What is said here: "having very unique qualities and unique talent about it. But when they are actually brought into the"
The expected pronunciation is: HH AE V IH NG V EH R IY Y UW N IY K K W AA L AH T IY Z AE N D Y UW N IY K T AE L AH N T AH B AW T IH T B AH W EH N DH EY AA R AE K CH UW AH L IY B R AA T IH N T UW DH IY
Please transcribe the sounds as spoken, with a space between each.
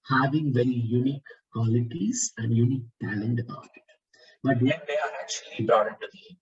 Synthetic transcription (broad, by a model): HH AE V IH NG V EH R IY Y UW N IY K K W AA L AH T IY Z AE N D Y UW N IY K T AE L AH N T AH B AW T IH T B AH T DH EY AA R AE K CH UW AH L IY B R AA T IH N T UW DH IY